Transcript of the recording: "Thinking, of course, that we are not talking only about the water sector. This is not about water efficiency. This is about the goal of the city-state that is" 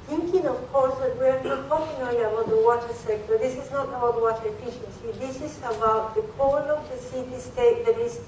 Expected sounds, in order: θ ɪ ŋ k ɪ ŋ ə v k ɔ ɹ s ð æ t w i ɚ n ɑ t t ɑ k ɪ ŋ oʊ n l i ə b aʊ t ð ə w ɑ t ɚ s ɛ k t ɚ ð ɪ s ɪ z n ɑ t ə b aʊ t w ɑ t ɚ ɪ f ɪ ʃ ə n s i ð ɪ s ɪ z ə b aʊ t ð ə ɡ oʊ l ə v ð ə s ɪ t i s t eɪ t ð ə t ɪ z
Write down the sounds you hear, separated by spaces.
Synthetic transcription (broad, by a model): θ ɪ ŋ k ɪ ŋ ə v k ɔ ɹ s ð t w i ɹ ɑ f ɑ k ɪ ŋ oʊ l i ə b aʊ t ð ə w ɑ t ɚ s ɛ k t ɚ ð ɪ s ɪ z n ɑ t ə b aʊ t w ɑ t ɚ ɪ f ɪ ʃ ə n s i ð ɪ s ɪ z ə b aʊ t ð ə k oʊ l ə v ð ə s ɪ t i s t eɪ t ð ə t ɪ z